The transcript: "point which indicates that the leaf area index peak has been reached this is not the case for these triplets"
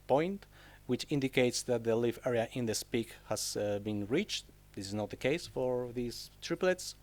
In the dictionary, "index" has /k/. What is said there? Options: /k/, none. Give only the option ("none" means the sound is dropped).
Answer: none